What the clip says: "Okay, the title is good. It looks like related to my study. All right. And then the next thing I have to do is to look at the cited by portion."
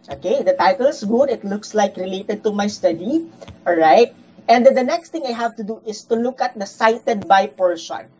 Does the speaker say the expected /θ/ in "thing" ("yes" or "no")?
no